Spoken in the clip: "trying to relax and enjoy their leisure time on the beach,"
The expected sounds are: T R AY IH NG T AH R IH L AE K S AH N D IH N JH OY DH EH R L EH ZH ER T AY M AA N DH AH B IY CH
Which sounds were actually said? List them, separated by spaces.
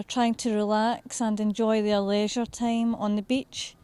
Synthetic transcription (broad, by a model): T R AY IH NG T AH R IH L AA K S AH N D IH N JH OY DH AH R L EH ZH ER T AY M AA N DH AH B IY CH